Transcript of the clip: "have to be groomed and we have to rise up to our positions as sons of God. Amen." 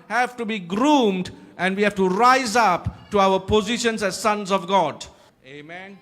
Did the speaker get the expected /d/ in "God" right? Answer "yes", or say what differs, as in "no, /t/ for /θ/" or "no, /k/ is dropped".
yes